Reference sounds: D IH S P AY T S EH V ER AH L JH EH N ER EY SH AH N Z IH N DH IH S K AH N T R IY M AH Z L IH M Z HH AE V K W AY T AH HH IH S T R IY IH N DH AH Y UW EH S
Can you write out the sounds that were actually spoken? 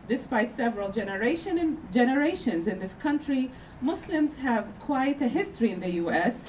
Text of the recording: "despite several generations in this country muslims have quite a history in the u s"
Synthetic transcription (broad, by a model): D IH S P AY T S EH V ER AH N JH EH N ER EY SH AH N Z IH N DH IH S K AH N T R IY M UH S L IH M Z HH AE V K W AY T AH HH IH S T R IY IH N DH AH Y UW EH S